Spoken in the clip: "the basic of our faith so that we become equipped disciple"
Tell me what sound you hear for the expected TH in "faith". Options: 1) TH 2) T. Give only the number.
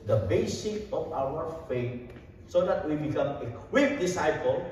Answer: 2